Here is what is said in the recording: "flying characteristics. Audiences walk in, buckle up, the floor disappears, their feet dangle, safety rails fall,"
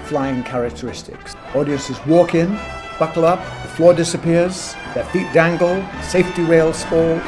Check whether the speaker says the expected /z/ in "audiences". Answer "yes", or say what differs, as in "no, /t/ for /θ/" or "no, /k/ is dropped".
yes